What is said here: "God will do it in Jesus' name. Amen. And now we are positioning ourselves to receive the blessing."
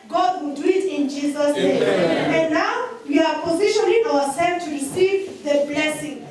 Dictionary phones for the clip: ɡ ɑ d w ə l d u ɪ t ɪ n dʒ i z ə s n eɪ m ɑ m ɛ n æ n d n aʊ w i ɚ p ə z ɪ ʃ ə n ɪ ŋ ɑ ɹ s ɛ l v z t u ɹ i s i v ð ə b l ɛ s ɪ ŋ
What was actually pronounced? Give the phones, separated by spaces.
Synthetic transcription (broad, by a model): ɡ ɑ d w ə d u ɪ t ɪ n dʒ i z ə s n eɪ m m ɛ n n n aʊ w i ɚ p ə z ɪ ʃ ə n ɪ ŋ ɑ w s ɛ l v t u ɹ i s i v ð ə b l ɛ s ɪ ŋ